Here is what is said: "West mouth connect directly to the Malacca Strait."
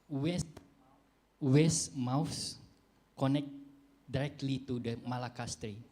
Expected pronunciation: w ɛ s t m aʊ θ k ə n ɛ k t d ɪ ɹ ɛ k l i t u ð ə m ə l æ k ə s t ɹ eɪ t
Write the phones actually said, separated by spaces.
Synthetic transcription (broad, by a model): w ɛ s m aʊ s k ə n ɛ k t d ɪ ɹ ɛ k l i t u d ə m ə l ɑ k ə s t ɹ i